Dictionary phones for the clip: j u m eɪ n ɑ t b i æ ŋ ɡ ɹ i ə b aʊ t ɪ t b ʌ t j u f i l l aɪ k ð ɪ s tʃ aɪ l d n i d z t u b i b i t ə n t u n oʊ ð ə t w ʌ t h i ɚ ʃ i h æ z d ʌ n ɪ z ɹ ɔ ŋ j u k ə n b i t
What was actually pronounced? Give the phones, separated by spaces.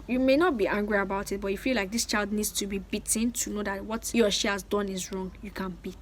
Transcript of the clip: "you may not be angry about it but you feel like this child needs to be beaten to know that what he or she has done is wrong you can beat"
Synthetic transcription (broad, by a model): j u m eɪ n ɑ t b i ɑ ŋ ɡ ɹ i ə b aʊ t ɪ t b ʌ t j u f i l l aɪ k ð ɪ s tʃ aɪ l d n i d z t u b i b i t ə n t u n oʊ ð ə t w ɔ t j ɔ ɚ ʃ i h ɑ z d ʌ n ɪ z ɹ ɔ ŋ j u k ə n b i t